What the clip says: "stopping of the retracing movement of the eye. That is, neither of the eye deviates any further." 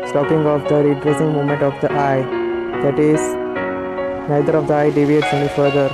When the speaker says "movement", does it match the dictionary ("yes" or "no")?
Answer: no